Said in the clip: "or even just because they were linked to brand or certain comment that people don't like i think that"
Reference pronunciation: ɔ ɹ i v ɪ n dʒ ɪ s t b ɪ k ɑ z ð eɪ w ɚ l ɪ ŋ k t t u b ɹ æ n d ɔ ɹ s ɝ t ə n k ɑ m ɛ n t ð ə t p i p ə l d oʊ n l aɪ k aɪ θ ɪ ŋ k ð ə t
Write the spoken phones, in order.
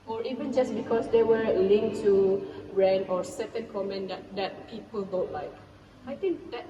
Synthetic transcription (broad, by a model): ɔ ɹ i v ɪ n dʒ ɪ s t b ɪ k ɑ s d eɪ w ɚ l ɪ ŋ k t t u ɹ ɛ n ɔ ɹ s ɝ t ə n k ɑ m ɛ n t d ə t p i p ə l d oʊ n l aɪ k aɪ t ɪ ŋ k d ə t